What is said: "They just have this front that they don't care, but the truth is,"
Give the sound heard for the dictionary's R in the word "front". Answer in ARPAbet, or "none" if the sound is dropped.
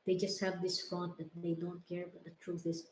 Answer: none